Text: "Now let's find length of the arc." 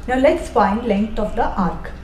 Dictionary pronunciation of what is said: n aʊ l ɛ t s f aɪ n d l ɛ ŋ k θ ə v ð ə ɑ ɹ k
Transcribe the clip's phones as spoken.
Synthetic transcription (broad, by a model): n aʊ l ɛ t s f aɪ n d l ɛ ŋ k t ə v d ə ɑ ɹ k